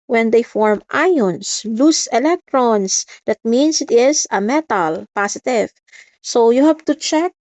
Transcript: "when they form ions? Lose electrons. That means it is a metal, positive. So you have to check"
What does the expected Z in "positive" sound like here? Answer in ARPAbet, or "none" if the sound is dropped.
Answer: S